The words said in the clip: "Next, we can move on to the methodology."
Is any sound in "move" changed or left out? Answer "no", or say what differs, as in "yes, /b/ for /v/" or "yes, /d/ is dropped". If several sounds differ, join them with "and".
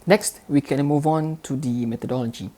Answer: no